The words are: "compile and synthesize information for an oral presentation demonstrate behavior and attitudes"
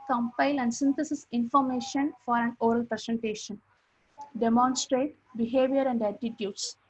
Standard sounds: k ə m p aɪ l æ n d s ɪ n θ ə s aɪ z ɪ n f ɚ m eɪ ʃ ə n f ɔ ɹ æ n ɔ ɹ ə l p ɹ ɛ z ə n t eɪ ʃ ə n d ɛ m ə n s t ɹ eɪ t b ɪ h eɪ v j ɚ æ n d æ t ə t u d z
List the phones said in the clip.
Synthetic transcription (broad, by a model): k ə m p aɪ l æ n d s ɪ n t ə s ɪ s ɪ n f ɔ m eɪ ʃ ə n f ɔ ɹ æ n ɔ ɹ ə l p ɹ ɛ s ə n t eɪ ʃ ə n d ɛ m ə n s t ɹ eɪ t b ɪ h eɪ v j ɚ æ n d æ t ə t u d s